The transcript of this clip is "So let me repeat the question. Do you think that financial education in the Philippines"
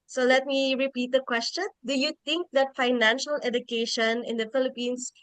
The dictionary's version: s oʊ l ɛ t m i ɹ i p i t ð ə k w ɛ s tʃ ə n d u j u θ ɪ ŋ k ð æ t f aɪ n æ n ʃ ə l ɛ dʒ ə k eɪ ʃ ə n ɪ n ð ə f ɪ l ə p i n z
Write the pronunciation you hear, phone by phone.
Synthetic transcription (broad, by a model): s oʊ l ɛ t m i ɹ i p i t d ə k w ɛ s tʃ ə n d u j u t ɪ ŋ k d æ t f aɪ n æ n ʃ ə l ɛ dʒ ə k eɪ ʃ ə n ɪ n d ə f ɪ l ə p i n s